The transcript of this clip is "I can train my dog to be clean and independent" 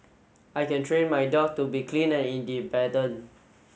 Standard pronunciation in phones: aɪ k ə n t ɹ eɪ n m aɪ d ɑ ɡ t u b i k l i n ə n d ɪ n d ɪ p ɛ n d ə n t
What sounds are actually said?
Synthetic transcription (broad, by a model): aɪ k ə n t ɹ eɪ n m aɪ d ɑ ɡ t u b i k l i n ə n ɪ n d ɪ b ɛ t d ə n